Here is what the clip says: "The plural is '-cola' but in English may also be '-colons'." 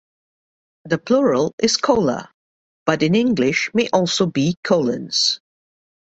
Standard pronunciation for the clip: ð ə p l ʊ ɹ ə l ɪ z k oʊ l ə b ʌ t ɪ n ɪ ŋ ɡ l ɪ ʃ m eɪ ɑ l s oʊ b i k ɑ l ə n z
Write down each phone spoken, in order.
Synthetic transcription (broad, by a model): ð ə p l ʊ ɹ ə l ɪ z k oʊ l ə b ʌ t ɪ n ɪ ŋ ɡ l ɪ ʃ m eɪ ɑ l s oʊ b i k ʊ l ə n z